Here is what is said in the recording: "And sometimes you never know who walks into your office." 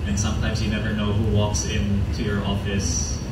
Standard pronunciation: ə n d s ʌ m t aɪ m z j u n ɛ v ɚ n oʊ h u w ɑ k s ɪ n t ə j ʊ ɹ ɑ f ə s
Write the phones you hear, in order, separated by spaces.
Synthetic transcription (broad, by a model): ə n s ʌ m t aɪ m z j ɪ n ɛ v ɚ n oʊ h u w ɑ k s ɪ n t ə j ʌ ɹ ɑ f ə s